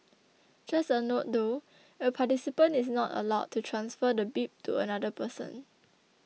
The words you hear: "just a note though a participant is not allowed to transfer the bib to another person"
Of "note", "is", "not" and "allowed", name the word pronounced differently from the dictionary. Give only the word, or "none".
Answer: is